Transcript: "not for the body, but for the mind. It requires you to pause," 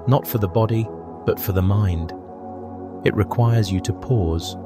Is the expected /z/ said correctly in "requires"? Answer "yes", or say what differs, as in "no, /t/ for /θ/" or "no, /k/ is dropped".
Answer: yes